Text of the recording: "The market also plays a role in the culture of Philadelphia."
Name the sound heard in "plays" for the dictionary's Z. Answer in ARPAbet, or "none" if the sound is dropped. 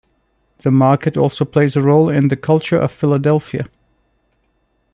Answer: Z